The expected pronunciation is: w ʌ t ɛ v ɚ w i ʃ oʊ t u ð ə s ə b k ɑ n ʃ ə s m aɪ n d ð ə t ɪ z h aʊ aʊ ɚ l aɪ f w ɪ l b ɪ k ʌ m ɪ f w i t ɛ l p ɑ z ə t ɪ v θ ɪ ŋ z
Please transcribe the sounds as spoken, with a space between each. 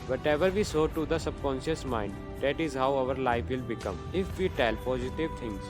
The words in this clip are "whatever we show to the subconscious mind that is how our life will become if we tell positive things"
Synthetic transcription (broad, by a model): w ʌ t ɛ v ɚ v i s oʊ t u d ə s ə b k ɑ n ʃ ə s m aɪ n d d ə t ɪ z h aʊ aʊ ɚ l aɪ f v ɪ l b ɪ k ʌ m ɪ f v i t ɛ l p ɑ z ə t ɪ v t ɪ ŋ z